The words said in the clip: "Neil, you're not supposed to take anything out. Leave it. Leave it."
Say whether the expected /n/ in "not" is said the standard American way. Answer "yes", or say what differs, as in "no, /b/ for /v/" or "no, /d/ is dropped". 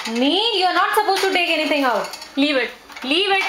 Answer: yes